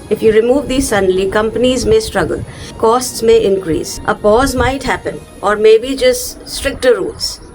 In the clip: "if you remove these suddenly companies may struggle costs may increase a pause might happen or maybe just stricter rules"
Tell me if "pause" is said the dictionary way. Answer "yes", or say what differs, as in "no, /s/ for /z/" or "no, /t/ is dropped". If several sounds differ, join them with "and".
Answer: yes